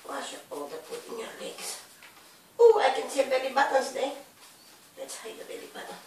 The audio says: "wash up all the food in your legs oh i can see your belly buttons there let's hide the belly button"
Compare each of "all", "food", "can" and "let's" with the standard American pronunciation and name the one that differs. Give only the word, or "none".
food